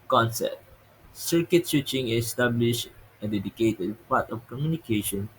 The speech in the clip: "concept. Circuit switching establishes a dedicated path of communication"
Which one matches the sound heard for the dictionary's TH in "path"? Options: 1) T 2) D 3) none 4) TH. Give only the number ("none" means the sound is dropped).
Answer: 1